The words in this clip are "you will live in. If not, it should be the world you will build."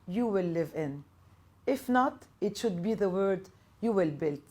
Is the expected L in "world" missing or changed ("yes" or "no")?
yes